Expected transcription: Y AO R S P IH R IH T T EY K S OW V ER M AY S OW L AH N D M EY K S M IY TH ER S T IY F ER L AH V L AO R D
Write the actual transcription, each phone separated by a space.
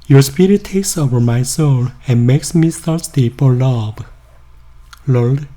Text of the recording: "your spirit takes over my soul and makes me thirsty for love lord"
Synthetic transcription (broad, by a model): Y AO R S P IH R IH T T EY K S OW V ER M AY S OW L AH N M EY K S M IY S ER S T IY P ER L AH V L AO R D